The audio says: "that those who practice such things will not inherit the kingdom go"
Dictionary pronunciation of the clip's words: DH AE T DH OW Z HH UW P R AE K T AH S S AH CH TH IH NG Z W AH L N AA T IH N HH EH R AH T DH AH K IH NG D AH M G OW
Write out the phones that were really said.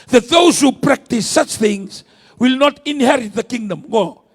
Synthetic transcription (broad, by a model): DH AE T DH OW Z HH UW P R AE K T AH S S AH CH TH IH NG Z W AH L N AA T IH N HH EH R AH T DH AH K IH NG D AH M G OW